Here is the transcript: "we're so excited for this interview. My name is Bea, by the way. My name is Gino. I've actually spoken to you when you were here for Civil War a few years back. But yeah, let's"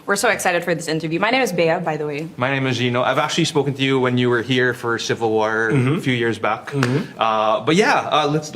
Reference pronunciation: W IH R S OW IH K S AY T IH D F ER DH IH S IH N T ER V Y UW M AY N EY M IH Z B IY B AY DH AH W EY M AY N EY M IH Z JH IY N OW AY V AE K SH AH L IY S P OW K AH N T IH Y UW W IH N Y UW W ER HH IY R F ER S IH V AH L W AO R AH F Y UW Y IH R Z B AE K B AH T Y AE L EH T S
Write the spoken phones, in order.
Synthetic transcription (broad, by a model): W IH R S OW IH K S AY T IH D F ER DH IH S IH N T ER V Y UW M AY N EY M IH Z B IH B AY DH AH W EY M AY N EY M IH Z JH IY N OW AY V AE K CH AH L IY S P OW K AH N T IH Y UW W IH N Y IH W ER HH IY R F ER S IH V L W AO R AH F Y UW Y IH R Z B AE K B AH T Y AE L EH T S